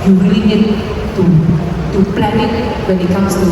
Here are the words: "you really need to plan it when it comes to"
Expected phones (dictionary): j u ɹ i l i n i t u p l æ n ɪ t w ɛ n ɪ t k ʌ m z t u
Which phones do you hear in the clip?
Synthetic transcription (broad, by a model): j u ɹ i n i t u t u p l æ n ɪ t w ɛ n ɪ t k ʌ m s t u